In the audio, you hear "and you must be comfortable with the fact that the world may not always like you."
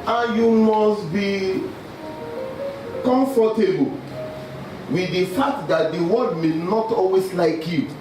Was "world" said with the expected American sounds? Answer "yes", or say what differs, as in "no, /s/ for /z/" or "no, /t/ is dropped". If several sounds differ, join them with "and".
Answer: no, /l/ is dropped